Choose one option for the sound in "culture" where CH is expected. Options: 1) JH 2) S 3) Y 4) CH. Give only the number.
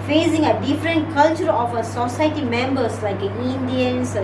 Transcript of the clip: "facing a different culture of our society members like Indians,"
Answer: 4